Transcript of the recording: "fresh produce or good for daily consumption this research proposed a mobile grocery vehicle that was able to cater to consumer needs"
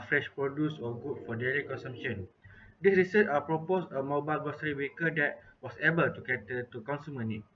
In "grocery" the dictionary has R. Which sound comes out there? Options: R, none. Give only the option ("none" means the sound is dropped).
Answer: none